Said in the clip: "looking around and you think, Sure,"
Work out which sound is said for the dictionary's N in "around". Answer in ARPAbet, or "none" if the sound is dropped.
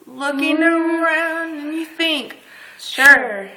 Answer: none